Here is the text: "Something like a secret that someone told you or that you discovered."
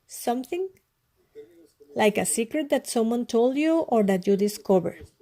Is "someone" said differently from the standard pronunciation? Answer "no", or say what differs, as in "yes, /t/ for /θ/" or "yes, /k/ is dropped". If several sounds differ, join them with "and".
no